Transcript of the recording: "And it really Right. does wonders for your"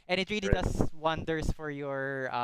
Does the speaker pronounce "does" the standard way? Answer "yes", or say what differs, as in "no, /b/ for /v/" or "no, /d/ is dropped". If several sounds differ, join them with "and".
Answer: no, /s/ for /z/